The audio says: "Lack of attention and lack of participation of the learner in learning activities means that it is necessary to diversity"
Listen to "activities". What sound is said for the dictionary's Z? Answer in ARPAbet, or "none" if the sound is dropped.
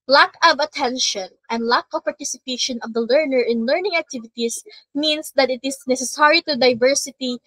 S